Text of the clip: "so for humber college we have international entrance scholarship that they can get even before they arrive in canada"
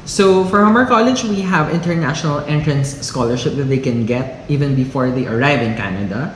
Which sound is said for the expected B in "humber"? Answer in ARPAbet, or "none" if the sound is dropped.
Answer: none